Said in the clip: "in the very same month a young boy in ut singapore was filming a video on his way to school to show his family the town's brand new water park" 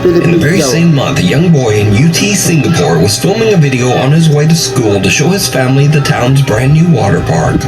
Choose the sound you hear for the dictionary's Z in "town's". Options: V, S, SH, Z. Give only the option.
Z